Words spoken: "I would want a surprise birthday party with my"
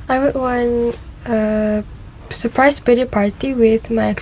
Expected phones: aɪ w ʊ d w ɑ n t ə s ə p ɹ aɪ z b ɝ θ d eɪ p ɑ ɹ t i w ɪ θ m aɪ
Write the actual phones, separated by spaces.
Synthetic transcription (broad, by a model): aɪ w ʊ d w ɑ n ə s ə p ɹ aɪ s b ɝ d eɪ p ɑ ɹ t i w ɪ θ m aɪ